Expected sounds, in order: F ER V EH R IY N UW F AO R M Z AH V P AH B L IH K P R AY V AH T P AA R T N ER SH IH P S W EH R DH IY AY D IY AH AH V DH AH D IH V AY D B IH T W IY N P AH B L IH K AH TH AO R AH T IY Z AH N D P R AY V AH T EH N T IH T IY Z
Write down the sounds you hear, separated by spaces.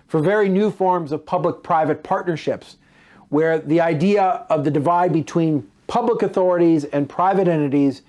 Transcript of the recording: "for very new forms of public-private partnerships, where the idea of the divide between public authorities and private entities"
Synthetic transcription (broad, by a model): F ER V EH R IY N UW F AO R M Z AH V P AH B L IH K P R AY V AH T P AA R T N ER SH IH P S W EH R DH IY AY D IY AH AH V DH AH D IH V AY D B IH T W IY N P AH B L IH K AH TH AO R AH T IY Z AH N P R AY V AH T EH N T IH T IY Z